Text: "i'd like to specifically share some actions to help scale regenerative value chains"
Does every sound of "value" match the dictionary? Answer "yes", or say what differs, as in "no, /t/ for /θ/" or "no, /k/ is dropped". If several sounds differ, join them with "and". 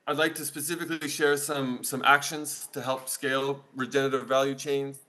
yes